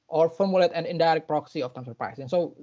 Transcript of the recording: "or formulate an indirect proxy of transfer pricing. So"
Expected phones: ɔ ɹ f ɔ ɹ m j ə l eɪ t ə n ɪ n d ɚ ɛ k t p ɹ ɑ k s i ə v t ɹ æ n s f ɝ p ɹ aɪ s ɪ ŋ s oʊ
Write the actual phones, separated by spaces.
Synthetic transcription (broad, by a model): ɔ ɹ f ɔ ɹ m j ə l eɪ t ə n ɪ n d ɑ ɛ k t p ɹ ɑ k s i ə f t æ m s ɝ p ɹ aɪ s ɪ ŋ s oʊ